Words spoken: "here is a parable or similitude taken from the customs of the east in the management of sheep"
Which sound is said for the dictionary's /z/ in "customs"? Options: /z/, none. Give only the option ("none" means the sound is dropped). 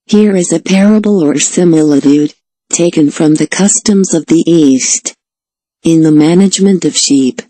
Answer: /z/